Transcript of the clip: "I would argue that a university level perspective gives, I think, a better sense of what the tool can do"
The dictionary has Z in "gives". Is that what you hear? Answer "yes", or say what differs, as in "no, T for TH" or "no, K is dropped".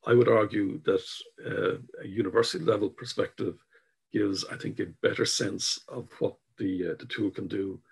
yes